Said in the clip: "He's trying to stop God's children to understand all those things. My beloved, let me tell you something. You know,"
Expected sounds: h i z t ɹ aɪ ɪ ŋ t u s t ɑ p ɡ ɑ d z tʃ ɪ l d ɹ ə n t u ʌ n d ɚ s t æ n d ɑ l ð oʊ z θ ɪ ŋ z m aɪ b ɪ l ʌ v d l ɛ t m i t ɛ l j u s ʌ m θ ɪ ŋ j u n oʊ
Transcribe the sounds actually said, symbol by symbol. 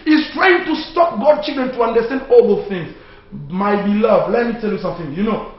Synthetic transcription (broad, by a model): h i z t ɹ aɪ ɪ ŋ t u s t ɑ p ɡ ɑ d tʃ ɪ l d ɹ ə n t u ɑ n d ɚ s t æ n d ɑ l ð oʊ θ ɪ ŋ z m aɪ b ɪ l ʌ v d l ɛ t m i t ɛ l j u s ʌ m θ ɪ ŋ j u n oʊ